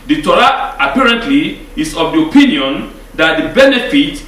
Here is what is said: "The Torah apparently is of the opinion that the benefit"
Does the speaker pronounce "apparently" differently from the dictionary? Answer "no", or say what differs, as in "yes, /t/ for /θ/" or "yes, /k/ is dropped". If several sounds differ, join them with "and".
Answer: no